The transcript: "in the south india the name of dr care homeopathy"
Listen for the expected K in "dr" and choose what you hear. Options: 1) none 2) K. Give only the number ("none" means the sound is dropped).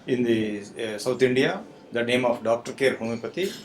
2